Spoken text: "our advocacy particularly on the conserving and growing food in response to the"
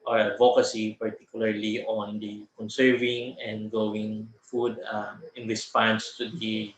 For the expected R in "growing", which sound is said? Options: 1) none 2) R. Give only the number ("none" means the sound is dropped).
1